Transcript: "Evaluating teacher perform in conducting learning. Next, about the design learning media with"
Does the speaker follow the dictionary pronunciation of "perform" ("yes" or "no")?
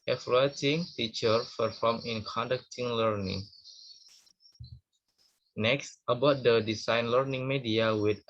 no